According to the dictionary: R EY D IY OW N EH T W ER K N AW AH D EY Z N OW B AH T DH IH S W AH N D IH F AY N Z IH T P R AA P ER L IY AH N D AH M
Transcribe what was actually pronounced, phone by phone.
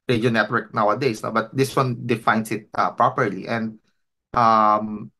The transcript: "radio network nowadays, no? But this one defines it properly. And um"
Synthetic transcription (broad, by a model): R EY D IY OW N EH T W ER K N AW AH D EY S N OW B AH T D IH S W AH N D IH F AY N S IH T P R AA P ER L IY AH N D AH M